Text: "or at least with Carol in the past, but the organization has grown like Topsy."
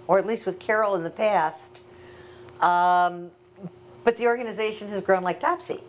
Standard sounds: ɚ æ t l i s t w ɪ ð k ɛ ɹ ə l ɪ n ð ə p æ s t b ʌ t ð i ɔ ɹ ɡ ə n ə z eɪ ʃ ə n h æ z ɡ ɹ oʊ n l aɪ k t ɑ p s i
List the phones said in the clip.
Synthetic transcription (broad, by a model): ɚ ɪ t l i s t w ɪ ð k ɛ ɹ l ɪ n ð ə p æ s t b ʌ t ð i ɔ ɹ ɡ ə n ə z eɪ ʃ ə n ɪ z ɡ ɹ oʊ n l aɪ k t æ p s i